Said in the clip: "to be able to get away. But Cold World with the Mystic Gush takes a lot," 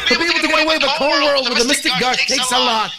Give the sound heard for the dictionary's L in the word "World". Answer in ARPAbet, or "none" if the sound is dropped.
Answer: L